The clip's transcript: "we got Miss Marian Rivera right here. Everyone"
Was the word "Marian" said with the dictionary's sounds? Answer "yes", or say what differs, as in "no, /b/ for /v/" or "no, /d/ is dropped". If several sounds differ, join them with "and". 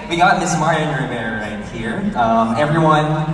no, /ɹ/ is dropped